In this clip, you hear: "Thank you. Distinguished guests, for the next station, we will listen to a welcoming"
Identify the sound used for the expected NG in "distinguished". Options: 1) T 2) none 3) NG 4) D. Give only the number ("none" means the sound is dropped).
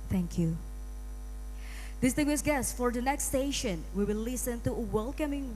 2